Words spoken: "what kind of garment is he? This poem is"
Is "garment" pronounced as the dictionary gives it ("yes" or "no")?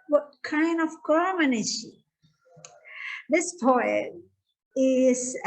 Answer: no